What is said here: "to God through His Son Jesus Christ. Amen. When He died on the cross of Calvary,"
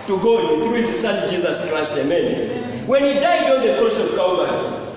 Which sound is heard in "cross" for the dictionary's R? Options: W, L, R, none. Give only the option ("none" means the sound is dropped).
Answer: none